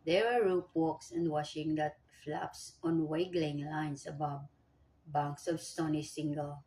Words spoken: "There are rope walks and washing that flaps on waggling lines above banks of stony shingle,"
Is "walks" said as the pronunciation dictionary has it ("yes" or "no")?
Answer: yes